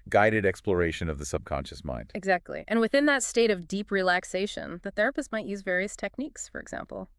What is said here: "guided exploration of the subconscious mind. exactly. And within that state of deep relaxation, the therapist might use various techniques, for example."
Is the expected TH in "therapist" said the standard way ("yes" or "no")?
yes